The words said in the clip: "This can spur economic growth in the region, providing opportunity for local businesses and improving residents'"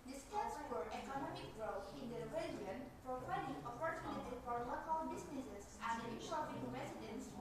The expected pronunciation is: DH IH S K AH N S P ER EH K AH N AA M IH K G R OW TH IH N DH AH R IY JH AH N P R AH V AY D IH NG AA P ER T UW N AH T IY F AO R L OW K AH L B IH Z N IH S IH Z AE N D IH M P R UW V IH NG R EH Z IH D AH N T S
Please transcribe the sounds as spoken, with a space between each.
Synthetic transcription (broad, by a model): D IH S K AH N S F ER EH K AH N AA M IH K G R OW T IH N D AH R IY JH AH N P R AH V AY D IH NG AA P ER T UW N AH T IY F AO R L OW K AH L B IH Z N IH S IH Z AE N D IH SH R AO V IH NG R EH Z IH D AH N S